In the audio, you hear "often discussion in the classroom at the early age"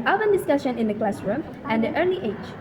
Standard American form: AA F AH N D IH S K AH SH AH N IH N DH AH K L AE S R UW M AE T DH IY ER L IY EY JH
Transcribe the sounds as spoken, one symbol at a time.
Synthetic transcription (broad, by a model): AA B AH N D IH S K AH SH AH N IH N DH AH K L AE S R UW M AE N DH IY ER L IY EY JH